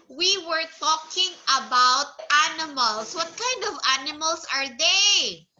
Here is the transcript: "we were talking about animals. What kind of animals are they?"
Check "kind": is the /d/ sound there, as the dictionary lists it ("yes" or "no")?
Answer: yes